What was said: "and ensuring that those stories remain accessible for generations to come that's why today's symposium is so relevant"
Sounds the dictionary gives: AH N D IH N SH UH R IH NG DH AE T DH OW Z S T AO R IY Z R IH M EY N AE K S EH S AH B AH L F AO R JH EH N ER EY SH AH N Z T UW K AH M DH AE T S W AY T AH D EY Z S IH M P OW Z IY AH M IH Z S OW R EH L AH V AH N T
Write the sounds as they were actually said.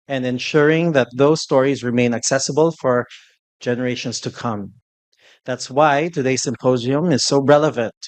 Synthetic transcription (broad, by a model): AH N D IH N SH UH R IH NG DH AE T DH OW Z S T AO R IY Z R IH M EY N AE K S EH S AH B AH L F AO R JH EH N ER EY SH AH N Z T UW K AH M DH AE T S W AY T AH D EY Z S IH M P OW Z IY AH M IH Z S OW R EH L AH V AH N T